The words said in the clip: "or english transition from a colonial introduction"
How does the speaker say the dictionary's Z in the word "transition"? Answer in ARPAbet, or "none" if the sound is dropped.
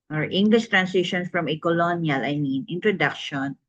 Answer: S